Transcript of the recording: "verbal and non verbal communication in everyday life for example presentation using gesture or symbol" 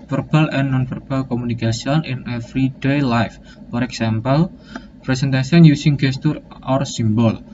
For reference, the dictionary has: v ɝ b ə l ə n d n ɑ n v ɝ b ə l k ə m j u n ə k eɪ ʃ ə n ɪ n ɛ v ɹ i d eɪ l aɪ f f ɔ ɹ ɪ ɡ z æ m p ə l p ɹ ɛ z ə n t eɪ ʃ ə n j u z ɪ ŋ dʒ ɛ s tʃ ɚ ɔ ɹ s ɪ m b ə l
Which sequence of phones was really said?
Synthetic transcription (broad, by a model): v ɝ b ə l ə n n ɑ n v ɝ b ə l k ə m u n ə k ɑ s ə n ɪ n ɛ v ɹ i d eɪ l aɪ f f ɔ ɹ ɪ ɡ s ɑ m p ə l p ɹ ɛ s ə n t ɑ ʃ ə n j u s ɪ ŋ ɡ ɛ s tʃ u ɔ ɹ s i m b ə l